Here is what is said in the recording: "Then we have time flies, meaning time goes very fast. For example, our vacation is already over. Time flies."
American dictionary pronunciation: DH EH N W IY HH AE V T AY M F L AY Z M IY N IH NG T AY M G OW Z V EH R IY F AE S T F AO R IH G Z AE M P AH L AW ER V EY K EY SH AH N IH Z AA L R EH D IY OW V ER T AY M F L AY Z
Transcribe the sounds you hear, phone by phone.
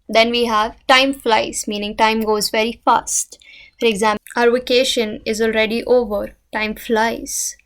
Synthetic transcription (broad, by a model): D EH N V IY HH AE V T AY M F L AY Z M IY N IH NG T AY M G OW Z V EH R IY F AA S T F AO R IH G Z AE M AH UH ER V EY K EY SH AH N IH Z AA L R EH D IY OW V ER T AY M F L AY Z